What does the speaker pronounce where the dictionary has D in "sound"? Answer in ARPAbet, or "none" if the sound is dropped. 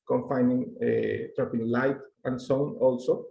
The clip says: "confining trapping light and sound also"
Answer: none